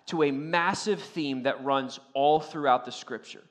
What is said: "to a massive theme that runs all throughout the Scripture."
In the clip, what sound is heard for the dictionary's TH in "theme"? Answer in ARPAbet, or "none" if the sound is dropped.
TH